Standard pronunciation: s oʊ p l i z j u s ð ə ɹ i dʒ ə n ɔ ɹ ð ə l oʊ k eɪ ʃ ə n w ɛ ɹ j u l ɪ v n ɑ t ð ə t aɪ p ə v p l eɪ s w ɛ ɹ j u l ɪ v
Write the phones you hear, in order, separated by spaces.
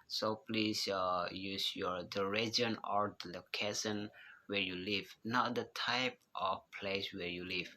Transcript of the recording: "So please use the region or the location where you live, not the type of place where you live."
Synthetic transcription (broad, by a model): s oʊ p l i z j u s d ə ɹ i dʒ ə n ɔ ɹ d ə l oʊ k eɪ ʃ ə n w ɛ ɹ j u l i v n ɑ t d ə t aɪ p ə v p l eɪ s w ɛ ɹ j u l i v